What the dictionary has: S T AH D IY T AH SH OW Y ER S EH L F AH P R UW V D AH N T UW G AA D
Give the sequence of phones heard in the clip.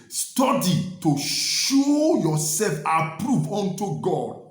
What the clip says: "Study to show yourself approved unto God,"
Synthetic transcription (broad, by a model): S T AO D IY T AH SH OW Y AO S EH L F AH P R UW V AO N T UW G AA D